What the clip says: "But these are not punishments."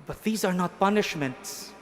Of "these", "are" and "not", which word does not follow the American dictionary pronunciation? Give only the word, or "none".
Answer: none